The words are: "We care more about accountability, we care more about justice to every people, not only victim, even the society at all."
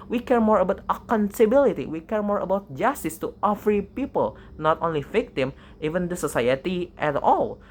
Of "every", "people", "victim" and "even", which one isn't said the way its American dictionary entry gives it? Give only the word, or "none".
every